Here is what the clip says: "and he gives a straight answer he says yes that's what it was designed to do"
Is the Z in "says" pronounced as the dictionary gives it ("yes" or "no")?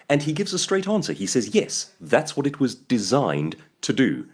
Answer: yes